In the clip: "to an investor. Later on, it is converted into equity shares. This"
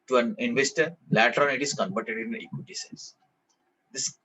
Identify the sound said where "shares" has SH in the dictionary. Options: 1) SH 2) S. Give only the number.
2